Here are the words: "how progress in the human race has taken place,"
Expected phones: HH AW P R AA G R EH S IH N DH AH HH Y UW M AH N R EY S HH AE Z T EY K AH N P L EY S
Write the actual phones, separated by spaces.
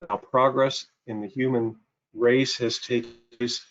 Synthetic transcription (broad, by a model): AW P R AA G R EH S IH N DH AH HH Y UW M AH N R EY S HH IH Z T EY AH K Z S